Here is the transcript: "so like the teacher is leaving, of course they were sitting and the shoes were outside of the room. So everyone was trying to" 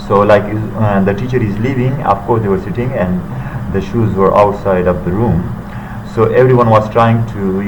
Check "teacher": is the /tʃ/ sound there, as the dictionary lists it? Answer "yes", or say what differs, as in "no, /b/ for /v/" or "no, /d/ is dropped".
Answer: yes